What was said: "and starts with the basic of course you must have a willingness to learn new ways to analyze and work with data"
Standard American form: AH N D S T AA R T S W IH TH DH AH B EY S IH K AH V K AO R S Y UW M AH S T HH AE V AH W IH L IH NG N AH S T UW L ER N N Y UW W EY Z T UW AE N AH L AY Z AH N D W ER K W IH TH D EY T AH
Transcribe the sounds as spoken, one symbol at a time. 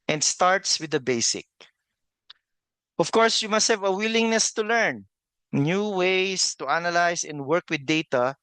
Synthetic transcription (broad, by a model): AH N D S T AA R T S W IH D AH B EY S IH K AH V K AO R S Y UW M AH S T HH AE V AH W IH L IH NG N AH S T UW L ER N N Y UW W EY S T UW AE N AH L AY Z AH N D W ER K W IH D EY T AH